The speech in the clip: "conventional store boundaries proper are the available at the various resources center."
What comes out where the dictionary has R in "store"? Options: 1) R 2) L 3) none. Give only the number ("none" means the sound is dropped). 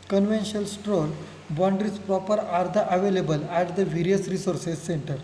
2